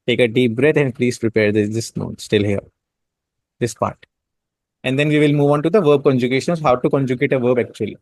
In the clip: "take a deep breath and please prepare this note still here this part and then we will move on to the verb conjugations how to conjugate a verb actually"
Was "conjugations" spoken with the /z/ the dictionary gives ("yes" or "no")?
no